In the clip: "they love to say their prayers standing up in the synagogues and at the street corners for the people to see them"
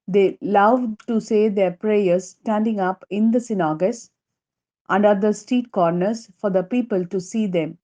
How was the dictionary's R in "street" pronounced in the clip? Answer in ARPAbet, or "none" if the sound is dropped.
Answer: none